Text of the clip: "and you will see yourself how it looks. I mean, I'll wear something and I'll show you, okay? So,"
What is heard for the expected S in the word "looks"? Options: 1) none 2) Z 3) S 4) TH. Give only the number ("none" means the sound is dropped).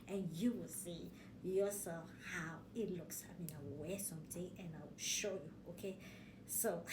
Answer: 3